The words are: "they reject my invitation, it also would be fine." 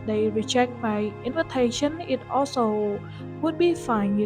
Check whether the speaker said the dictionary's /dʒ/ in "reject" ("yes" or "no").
no